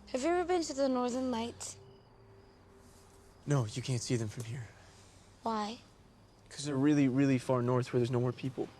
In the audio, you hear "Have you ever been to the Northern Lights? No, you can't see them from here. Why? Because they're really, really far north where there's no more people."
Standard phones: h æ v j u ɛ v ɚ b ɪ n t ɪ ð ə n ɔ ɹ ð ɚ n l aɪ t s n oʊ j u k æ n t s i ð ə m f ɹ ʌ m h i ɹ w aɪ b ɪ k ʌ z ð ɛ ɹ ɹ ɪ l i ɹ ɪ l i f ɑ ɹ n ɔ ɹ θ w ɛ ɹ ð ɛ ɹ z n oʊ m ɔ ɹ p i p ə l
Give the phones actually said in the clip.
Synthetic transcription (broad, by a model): h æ v j u ɛ v ɚ b ɪ n t ɪ ð ə n ɔ ɹ ð ɚ n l aɪ t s n oʊ j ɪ k æ n t s i ð ə m f ɹ ʌ m h i ɹ w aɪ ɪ k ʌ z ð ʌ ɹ ɹ ɪ l i ɹ ɪ l i f ɑ ɹ n ɔ ɹ θ w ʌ ɹ ð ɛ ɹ z n oʊ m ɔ ɹ p i p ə l